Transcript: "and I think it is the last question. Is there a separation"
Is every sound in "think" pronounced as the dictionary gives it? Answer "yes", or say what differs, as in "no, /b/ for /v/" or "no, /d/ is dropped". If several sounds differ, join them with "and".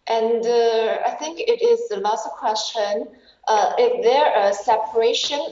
yes